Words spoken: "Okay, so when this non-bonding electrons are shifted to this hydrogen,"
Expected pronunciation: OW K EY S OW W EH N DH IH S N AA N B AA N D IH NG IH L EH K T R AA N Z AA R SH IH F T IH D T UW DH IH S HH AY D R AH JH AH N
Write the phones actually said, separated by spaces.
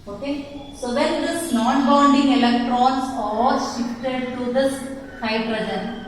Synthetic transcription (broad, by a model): OW K EY S OW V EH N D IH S N AA N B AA N D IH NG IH L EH K T R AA N S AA L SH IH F T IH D T UW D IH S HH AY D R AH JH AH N